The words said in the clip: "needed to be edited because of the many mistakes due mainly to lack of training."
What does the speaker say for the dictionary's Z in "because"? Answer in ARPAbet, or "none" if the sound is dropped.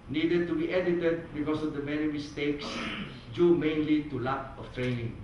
S